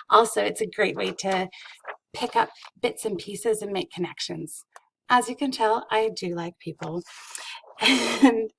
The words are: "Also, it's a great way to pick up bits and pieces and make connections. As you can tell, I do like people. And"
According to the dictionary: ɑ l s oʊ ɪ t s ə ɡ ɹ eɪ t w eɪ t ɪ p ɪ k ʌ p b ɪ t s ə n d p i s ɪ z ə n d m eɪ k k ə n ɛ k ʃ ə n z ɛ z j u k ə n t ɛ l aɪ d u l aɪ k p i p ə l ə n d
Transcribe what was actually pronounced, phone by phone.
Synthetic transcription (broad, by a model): ɑ l s oʊ ɪ t s ə ɡ ɹ eɪ t w eɪ t ɪ p ɪ k ʌ p b ɪ t s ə n p i s ɪ z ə n m eɪ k k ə n ɛ k ʃ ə n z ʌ z j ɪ k ə n t ɛ l aɪ d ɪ l aɪ k p i p l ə n